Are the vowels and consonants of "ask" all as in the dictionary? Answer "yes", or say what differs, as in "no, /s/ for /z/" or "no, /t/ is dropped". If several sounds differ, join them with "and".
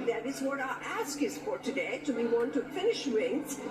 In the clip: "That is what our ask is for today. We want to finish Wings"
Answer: yes